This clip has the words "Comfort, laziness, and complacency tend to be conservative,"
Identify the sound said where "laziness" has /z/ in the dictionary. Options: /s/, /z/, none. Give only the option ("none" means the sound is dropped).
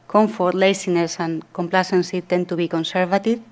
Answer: /s/